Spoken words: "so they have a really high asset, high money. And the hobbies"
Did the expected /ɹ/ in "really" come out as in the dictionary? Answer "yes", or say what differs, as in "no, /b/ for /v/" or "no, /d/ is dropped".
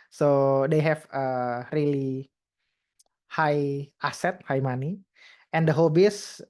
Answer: yes